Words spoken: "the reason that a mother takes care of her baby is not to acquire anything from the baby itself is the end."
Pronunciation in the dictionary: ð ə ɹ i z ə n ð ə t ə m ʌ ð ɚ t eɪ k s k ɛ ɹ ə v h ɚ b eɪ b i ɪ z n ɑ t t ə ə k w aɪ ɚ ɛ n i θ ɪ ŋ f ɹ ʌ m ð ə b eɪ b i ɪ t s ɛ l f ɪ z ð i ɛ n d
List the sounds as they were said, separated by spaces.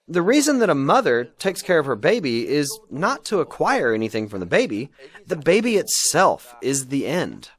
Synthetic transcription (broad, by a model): ð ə ɹ i z ə n ð ə t ə m ʌ ð ɚ t eɪ k s k ɛ ɹ ə v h ɚ b eɪ b i ɪ z n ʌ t t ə ə k w aɪ ɚ ɛ n i θ ɪ ŋ f ɹ ʌ m ð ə b eɪ b i ɪ t s ɛ l f ɪ z ð i ɛ n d